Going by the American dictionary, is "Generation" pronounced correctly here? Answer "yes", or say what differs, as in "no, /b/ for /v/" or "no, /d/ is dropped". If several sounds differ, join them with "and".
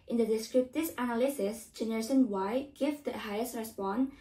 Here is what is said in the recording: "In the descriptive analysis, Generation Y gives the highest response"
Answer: no, /s/ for /ʃ/